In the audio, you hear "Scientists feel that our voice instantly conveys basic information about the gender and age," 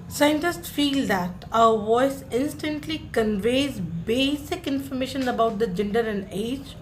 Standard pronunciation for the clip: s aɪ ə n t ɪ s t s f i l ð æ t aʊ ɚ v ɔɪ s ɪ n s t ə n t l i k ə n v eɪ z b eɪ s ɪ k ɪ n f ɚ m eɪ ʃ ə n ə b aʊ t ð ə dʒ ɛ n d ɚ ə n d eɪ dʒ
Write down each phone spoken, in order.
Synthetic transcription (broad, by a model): s aɪ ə n t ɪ s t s f i l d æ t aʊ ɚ v ɔɪ s ɪ n s t ə n t l i k ə n v eɪ z b eɪ s ɪ k ɪ n f ɚ m eɪ ʃ ə n ə b aʊ t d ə dʒ ɛ n d ɚ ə n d eɪ dʒ